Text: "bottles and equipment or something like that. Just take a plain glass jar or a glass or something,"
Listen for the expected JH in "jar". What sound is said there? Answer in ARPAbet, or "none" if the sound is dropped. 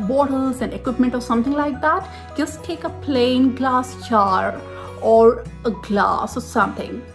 CH